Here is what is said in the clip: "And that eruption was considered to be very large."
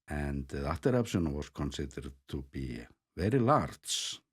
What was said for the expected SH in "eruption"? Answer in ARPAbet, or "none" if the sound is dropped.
S